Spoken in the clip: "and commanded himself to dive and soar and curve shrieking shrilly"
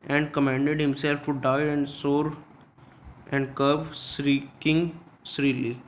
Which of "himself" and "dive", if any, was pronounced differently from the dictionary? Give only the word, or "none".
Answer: dive